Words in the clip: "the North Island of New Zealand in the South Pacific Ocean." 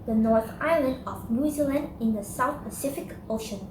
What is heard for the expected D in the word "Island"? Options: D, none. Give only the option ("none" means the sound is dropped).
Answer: D